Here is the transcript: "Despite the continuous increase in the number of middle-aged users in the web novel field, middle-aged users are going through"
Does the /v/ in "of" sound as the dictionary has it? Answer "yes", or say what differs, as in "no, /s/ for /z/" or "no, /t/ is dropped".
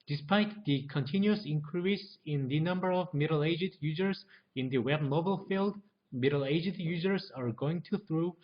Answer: yes